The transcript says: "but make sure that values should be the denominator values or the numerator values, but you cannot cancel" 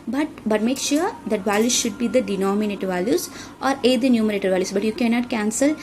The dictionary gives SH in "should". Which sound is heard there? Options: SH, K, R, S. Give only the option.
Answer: SH